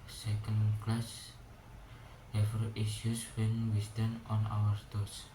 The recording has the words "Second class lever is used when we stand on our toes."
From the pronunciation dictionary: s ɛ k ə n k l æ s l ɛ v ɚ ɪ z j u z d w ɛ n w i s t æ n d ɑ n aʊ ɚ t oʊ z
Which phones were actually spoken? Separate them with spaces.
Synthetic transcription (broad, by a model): s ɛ k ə n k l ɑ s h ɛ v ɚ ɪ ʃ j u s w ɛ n w i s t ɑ n ɑ n aʊ ɚ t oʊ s